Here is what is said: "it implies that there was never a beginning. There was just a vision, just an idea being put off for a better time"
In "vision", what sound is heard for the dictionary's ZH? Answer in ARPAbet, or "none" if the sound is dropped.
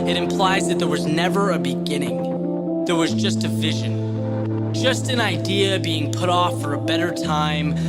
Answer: ZH